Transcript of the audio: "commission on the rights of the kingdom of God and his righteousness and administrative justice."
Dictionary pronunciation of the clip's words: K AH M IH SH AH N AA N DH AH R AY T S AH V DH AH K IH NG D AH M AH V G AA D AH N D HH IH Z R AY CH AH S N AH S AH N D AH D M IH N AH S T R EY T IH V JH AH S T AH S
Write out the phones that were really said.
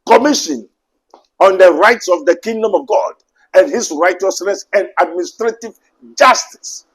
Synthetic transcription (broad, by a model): K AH M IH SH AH N AA N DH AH R AY T S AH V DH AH K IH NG D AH M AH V G AA D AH N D HH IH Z R AY CH AH S N AH S AH N D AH D M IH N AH S T R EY T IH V JH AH S T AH S